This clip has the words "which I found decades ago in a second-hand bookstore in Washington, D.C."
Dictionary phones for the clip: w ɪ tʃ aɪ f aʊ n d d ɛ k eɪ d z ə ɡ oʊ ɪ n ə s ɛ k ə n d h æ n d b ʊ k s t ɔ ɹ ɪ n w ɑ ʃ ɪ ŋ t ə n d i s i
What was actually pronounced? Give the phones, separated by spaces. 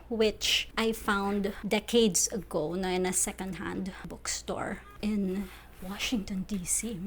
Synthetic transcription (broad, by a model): w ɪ tʃ aɪ f aʊ n d d ɛ k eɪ d s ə ɡ oʊ ɪ n ə s ɛ k ə n d h æ n d b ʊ k s t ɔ ɹ ɪ n w ɑ ʃ ɪ ŋ t ə n d i s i